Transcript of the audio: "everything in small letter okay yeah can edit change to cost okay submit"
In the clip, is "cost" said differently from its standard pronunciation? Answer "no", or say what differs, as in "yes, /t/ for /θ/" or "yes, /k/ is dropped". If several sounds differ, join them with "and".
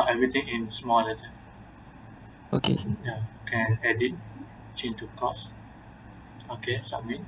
yes, /t/ is dropped